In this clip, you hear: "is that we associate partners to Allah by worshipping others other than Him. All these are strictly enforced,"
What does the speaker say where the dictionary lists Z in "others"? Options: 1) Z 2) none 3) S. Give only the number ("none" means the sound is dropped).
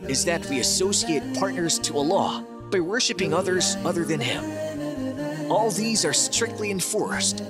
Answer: 1